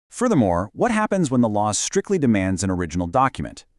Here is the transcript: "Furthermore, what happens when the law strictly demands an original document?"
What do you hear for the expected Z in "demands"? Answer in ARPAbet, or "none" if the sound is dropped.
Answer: Z